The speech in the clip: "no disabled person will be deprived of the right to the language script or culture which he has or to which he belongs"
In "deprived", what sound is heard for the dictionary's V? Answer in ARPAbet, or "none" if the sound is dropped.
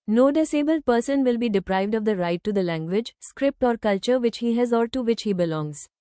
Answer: V